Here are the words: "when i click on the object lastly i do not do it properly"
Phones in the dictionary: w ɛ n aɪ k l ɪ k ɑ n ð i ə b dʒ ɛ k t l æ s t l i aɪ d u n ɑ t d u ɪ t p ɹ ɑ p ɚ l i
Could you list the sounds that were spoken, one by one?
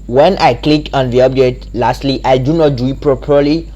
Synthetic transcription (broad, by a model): w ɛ n aɪ k l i k ɑ n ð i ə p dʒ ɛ t l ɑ s t l i aɪ d u n ɑ t d u ɪ t p ɹ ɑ p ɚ l i